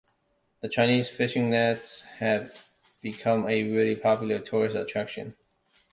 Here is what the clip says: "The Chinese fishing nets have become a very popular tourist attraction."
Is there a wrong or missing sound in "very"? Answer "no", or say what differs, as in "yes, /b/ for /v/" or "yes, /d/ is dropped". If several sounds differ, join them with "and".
yes, /l/ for /ɹ/